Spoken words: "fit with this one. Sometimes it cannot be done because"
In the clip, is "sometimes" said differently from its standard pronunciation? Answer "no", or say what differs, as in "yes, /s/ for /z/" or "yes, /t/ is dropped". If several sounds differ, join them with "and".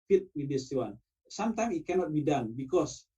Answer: yes, /z/ is dropped